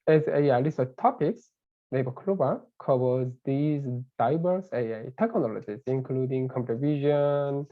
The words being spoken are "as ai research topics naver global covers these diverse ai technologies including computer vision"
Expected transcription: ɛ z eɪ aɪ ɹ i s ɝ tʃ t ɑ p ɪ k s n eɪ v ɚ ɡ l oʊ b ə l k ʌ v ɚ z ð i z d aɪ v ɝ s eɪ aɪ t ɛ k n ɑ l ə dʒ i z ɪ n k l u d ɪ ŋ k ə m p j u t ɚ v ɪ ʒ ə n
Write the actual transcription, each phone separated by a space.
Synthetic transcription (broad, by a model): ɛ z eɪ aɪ l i s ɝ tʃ t ɑ p ɪ k s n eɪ b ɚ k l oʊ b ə k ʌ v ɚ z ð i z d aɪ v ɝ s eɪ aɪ t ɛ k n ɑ l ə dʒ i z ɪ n k l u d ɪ ŋ k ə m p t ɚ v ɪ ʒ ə n